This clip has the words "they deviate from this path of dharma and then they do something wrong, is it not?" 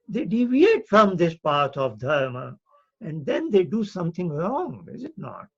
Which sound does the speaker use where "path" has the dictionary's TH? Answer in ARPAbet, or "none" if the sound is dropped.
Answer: T